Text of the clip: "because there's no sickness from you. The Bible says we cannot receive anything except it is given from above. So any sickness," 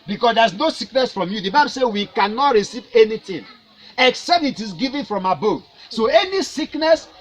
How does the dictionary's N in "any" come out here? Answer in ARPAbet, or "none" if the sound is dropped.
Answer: N